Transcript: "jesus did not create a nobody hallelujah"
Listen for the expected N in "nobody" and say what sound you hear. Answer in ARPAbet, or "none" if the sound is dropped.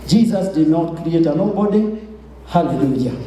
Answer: L